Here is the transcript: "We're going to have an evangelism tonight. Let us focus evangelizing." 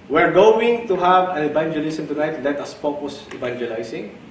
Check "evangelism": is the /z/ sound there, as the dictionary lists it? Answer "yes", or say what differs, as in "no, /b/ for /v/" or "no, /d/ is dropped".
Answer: no, /s/ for /z/